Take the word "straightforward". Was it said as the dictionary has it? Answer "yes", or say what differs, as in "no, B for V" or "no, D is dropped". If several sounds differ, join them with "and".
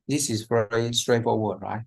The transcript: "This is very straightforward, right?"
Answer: no, F is dropped